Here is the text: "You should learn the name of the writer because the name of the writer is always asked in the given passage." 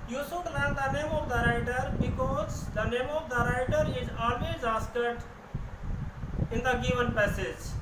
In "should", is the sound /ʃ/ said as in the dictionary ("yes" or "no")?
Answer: no